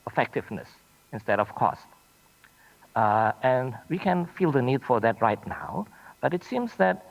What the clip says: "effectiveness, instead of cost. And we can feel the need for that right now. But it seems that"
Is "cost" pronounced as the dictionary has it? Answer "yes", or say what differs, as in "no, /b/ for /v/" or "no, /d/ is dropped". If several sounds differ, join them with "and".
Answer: yes